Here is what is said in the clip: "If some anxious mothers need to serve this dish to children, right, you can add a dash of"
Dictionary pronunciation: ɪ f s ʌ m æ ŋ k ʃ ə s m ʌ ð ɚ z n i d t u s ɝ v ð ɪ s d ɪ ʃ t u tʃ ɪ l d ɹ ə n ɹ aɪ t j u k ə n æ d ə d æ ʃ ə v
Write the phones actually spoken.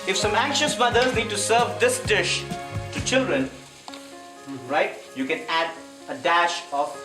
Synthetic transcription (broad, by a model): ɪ f s ʌ m æ ŋ k ʃ ə s m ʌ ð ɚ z n i d t u s ɝ v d ɪ s d ɪ ʃ t u tʃ ɪ l d ɹ ə n ɹ aɪ t j u k ə n æ d ə d æ ʃ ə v